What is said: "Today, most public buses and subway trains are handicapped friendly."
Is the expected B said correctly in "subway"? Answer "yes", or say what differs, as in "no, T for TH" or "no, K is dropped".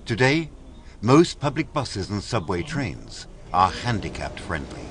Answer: yes